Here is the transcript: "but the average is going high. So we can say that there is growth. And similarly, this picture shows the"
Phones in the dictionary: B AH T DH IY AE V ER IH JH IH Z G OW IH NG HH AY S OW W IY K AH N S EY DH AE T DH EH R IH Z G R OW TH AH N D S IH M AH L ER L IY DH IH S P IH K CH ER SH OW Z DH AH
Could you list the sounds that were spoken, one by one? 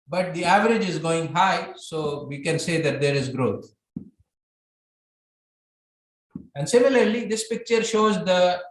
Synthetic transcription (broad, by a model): B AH T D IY AE V ER IH JH IH Z G OW IH NG HH AY S OW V IY K AH N S EY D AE T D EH R IH Z G R OW T AH N D S IH M AH L ER L IY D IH S P IH K CH ER SH OW Z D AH